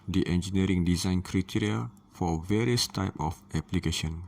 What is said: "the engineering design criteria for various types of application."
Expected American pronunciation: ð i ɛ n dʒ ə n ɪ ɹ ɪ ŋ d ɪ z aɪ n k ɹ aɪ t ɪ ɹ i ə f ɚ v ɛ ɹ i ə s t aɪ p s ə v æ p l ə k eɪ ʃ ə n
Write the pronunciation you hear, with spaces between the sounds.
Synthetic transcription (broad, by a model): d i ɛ n dʒ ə n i ɹ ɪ ŋ d ɪ z aɪ n k ɹ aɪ t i ɹ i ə f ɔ v ɛ ɹ i ə s t aɪ p ə f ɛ p l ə k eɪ ʃ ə n